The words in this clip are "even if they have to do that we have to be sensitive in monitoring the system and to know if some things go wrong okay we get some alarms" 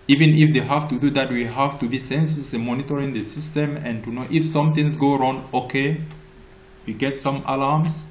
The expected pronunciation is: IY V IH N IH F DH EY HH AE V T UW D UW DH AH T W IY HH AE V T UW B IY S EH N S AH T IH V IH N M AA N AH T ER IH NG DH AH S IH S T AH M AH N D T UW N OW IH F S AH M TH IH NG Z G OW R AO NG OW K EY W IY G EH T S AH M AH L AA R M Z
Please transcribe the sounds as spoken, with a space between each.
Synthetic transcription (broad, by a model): IY V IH N IH F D EY HH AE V T UW D UW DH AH T W IY HH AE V T UW B IY S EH N S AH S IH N M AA N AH T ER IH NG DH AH S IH S T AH M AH N T UW N OW IH F S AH M T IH NG S G OW R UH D OW K EY W IY G EH T S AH M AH L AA M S